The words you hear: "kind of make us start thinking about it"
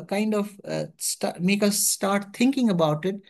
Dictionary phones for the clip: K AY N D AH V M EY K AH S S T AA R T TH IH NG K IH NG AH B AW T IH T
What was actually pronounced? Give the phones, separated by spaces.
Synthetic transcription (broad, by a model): K AY N D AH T M EY K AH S S T AA R T T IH NG K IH NG AH B AW T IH T